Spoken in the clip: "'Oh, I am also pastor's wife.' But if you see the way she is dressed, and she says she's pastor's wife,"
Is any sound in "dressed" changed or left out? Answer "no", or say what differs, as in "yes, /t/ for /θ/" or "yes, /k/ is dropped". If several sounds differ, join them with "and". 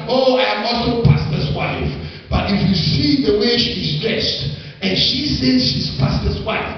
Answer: no